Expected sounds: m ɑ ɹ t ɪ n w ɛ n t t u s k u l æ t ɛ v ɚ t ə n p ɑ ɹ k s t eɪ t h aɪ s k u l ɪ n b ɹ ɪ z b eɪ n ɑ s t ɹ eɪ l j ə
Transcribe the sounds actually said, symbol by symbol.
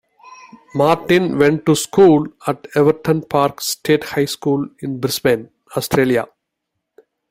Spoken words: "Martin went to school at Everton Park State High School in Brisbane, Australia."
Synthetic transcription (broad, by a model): m ɑ ɹ t ɪ n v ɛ n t t u s k u l æ t ɛ v ɚ t ə n p ɑ ɹ k s t eɪ t h aɪ s k u l ɪ n b ɹ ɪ s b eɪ n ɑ s t ɹ eɪ l j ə